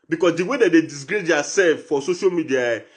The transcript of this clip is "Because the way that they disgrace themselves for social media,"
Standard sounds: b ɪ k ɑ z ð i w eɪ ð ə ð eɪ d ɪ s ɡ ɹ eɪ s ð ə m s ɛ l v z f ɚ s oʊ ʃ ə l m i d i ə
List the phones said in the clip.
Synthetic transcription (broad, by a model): b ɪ k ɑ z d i w eɪ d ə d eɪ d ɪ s ɡ ɹ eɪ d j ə s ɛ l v f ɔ s oʊ ʃ ə l m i d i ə